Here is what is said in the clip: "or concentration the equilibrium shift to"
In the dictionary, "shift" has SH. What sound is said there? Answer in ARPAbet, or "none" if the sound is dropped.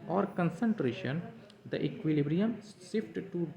S